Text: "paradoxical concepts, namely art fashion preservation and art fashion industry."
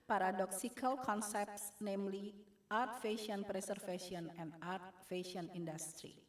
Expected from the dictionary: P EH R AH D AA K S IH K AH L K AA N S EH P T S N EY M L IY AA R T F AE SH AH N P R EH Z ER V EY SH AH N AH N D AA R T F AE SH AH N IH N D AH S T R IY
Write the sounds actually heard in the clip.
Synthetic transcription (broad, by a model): P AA R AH D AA K S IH K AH L K AA N S EH P T S N EY M L IY AA R T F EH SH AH N P R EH S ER F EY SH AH N AH N D AA R T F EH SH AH N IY N D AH S T R IY